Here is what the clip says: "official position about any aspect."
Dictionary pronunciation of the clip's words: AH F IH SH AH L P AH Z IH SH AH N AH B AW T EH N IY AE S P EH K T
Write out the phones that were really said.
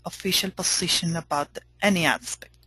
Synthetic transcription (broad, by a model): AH F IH SH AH L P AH S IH SH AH N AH B AW T EH N IY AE S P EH K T